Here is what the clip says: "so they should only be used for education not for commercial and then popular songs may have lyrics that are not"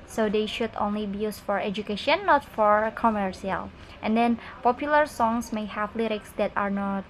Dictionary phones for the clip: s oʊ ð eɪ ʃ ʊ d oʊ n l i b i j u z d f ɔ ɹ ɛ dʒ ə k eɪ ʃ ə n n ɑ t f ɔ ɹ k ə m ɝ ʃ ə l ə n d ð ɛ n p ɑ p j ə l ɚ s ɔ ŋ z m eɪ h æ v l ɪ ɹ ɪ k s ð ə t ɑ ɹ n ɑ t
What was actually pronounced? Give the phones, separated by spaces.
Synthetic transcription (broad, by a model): s oʊ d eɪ ʃ ʊ d oʊ n l i b i j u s f ɔ ɹ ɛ dʒ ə k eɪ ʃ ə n n ɑ t f ɔ ɹ k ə m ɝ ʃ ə l ə n d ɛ n p ɑ p j ə l ɚ s ɔ ŋ s m eɪ h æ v l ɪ ɹ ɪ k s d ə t ɑ ɹ n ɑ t